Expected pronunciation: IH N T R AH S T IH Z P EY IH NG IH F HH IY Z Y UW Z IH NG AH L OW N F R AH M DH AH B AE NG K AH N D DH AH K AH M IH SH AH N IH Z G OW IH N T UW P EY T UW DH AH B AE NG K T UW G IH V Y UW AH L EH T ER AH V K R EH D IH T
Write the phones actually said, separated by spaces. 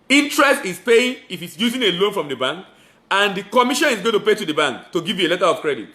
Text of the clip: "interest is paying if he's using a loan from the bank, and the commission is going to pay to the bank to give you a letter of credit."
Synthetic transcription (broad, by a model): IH N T R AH S T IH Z P EY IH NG IH F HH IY S Y UW Z IH NG AH L OW N F R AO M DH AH B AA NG K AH N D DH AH K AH M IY SH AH N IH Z G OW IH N T UW P EY T UW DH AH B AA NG K T UW G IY V Y UW AH L EH T ER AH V K R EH D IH T